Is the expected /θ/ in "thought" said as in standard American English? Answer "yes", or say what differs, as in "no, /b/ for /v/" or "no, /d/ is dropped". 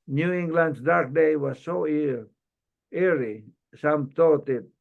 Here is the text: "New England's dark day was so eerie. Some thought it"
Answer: no, /t/ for /θ/